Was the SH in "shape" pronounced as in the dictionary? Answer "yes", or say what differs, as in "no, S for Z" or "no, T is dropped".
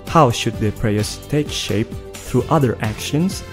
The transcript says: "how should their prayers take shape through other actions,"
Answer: yes